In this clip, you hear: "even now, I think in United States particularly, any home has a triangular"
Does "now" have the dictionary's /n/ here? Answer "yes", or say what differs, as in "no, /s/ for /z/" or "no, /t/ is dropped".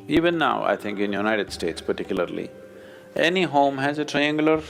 yes